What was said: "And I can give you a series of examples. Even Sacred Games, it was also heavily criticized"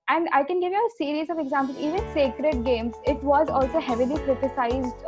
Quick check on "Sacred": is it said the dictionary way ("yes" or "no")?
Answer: yes